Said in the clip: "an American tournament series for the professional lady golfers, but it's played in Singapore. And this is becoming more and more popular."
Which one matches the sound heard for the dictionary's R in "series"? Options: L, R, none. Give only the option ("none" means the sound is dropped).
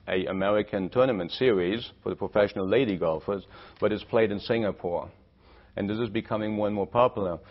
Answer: R